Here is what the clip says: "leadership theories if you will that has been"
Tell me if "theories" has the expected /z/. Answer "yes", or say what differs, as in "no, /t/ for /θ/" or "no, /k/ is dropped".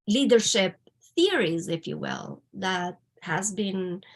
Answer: yes